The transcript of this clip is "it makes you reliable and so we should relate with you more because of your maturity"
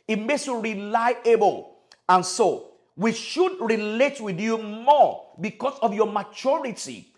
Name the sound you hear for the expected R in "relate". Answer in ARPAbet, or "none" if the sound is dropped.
R